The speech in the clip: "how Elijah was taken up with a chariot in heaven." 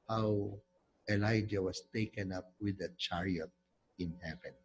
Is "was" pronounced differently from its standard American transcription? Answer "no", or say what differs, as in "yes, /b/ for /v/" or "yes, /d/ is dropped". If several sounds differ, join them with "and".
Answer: yes, /s/ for /z/